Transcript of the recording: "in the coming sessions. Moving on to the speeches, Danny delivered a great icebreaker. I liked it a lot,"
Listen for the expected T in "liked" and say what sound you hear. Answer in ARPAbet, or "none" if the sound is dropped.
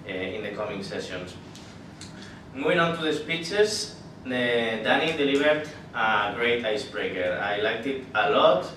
T